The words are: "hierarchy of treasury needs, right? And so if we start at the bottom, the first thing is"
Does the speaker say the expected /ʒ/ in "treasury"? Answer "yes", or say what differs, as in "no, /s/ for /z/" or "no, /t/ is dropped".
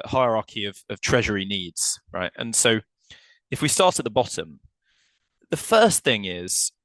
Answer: yes